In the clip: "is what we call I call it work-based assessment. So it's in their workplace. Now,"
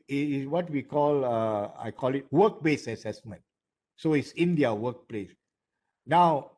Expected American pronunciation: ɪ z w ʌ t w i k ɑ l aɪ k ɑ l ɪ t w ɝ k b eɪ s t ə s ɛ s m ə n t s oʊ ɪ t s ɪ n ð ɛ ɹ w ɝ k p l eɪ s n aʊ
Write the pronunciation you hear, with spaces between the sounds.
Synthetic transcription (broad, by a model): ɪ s w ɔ t w i k ɑ l aɪ k ɑ l ɪ t w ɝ k b eɪ s ə s ɛ s m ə n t s oʊ ɪ t s ɪ n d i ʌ w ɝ k p l eɪ s n aʊ